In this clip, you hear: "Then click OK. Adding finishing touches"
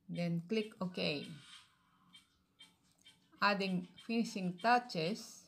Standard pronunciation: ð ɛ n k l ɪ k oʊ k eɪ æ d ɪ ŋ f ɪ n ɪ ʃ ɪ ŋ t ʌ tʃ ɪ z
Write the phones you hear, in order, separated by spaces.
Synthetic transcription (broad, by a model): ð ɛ n k l ɪ k oʊ k eɪ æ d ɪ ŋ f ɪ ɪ s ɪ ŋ t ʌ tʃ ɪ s